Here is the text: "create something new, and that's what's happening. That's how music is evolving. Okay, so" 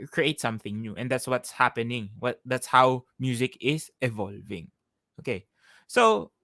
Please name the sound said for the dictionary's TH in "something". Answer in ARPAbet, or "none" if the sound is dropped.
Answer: TH